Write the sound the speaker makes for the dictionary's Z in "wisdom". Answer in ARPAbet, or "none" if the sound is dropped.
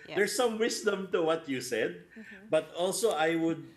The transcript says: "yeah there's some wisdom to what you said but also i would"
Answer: S